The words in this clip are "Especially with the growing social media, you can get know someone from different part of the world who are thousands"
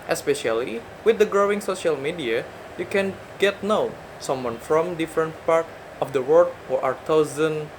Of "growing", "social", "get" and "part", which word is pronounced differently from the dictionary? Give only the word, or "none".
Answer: none